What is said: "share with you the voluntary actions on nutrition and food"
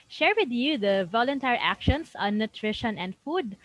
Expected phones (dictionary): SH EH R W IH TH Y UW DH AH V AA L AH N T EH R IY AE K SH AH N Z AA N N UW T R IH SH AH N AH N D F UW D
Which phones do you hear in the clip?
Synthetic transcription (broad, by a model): SH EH R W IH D Y UW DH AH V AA L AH N T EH R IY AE K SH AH N S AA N N UW T R IH SH AH N AH N D F UW D